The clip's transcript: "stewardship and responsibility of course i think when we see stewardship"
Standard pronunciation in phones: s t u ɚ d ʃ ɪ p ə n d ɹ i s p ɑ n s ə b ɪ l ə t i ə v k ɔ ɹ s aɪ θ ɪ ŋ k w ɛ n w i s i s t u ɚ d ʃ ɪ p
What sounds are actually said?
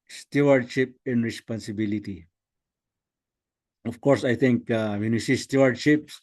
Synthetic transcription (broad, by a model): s t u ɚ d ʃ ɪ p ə n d ɹ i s p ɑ n s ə b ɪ l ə t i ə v k ɔ ɹ s aɪ t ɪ ŋ k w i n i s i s t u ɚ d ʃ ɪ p